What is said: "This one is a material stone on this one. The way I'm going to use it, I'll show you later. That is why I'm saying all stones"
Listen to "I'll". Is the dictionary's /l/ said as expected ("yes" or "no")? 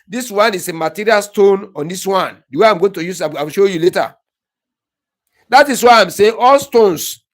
no